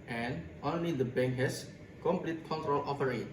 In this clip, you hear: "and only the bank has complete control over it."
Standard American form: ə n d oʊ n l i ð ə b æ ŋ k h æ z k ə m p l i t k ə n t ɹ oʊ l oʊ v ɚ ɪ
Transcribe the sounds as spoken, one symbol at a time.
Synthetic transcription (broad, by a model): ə n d oʊ n l i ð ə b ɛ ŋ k h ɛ s k ə m p l i t k ə n t ɹ oʊ l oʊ f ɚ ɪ